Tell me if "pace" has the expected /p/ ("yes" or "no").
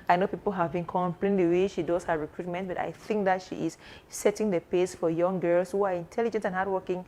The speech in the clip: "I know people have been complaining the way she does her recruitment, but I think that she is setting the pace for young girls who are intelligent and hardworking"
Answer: yes